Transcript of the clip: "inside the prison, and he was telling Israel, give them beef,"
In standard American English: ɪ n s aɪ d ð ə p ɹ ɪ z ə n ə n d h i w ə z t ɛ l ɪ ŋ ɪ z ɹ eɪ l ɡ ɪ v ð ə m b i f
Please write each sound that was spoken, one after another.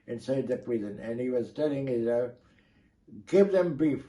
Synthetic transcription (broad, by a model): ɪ n s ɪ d ð ə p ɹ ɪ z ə n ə n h i w ə z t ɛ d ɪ ŋ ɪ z eɪ ɡ ɪ v ð ə m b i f